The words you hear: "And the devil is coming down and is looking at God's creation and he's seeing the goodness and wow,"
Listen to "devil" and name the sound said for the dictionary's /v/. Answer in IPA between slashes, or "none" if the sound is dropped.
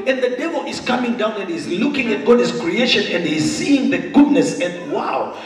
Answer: /v/